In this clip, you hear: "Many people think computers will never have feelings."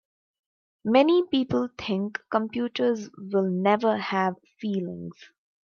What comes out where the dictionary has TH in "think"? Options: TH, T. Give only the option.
T